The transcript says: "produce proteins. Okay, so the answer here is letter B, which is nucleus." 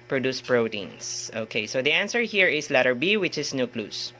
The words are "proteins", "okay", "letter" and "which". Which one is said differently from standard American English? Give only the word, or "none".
proteins